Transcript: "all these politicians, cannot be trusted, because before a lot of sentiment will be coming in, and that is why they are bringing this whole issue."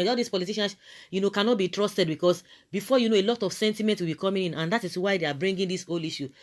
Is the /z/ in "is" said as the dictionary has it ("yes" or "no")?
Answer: no